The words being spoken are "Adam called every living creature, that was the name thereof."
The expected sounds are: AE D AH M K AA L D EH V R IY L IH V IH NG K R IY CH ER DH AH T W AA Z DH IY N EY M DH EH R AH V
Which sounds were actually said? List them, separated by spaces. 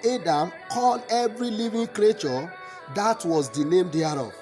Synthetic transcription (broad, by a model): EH D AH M K AA L D EH V R IY L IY V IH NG K R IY CH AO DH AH T W AA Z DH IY N EY M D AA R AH